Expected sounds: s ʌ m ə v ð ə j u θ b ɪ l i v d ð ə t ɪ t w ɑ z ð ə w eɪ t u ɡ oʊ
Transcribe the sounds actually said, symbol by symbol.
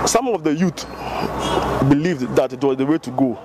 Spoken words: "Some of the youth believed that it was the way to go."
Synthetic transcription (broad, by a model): s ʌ m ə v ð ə j u t b ɪ l i v d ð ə t ɪ t w ɑ z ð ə w eɪ t u ɡ oʊ